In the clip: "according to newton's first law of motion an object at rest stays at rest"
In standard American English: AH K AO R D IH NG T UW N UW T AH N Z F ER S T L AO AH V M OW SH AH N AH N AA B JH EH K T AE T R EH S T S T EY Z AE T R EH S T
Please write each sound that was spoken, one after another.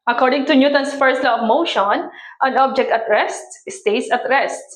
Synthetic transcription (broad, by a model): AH K AO R D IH NG T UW N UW T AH N S F ER S T L AO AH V M OW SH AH N AH N AA B JH EH K T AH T R EH S T S T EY S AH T R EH S T